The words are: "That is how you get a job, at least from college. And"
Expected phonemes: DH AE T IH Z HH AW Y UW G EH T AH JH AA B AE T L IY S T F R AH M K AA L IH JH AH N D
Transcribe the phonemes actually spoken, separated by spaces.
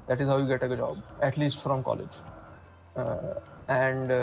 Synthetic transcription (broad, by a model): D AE T IH Z HH AW Y UW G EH T AH JH AA B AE T L IY S T F R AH M K AA L IH JH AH N D